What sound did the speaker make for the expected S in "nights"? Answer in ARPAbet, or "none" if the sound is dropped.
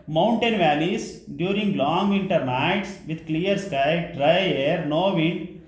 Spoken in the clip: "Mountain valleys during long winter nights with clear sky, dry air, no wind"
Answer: S